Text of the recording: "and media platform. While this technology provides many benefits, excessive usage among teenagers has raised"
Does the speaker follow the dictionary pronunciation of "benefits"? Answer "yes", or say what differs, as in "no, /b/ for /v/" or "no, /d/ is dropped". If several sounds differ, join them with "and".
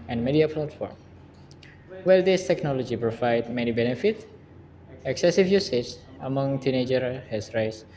no, /s/ is dropped